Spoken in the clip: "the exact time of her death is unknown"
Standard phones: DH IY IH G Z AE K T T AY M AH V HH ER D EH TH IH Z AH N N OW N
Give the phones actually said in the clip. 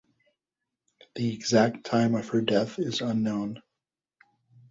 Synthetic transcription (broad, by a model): DH IY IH G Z AE K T T AY M AH V HH ER D EH TH IH Z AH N N OW N